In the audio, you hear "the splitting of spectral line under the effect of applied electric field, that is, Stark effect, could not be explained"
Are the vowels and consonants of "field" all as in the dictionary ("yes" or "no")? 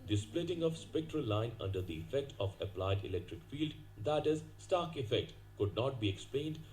yes